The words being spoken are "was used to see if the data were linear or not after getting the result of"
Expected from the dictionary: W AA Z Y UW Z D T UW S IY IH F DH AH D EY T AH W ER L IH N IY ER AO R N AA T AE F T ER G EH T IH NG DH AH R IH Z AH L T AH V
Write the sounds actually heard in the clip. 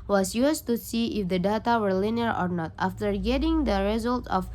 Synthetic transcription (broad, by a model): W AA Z Y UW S T UW S IY IH F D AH D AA T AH W ER L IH N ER AO R N AA T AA F T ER G EH T IH NG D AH R IH Z AH L T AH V